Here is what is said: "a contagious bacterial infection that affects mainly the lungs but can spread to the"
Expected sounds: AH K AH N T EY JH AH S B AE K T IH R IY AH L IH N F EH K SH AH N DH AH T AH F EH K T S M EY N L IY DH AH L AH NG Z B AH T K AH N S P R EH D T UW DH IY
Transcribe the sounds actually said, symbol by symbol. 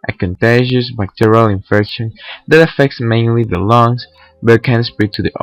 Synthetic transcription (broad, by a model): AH K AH N T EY ZH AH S B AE K T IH R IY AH L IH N F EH K SH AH N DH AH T AH F EH K T S M EY N L IY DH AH L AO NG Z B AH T K AH N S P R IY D T UW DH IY